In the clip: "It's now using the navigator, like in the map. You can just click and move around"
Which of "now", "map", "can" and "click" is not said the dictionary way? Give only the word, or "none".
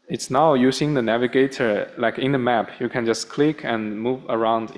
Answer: none